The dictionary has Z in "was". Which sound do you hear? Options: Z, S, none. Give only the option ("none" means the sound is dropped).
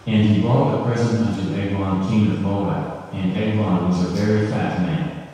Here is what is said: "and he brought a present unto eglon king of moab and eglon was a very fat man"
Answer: Z